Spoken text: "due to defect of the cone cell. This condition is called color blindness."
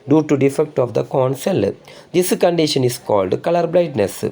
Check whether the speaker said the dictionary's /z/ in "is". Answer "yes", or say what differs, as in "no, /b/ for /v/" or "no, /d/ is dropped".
no, /s/ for /z/